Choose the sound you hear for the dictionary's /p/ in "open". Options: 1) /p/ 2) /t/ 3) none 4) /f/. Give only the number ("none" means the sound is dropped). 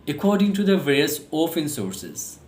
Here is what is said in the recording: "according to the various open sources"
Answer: 4